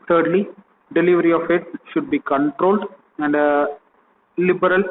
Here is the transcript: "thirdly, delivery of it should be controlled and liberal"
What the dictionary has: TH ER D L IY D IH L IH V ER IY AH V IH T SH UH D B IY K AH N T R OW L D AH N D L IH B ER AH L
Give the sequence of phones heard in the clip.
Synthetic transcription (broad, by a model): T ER D L IY D IH L IH V ER IY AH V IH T SH UH D B IY K AH N T R OW L D AH N D L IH B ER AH L